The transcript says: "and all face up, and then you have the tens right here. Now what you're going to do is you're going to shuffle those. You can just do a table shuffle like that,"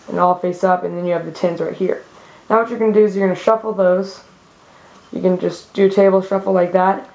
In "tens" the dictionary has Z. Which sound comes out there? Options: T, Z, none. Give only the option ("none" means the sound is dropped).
Z